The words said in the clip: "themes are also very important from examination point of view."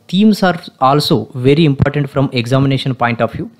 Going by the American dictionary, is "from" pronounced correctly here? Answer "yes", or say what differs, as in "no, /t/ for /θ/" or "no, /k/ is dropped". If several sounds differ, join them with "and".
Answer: yes